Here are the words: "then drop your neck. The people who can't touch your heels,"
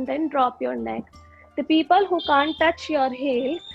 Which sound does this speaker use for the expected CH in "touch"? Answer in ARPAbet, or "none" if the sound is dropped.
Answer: CH